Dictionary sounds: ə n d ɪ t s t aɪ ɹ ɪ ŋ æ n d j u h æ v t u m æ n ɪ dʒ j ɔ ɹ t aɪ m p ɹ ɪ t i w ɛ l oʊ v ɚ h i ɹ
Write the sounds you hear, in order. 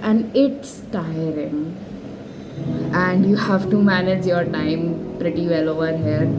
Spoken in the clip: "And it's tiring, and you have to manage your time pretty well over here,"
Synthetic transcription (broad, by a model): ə n d ɪ t s t aɪ ɹ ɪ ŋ æ n d j u h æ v t u m æ n ɪ dʒ j ɔ ɹ t aɪ m p ɹ ɪ t i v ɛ l oʊ v ɚ h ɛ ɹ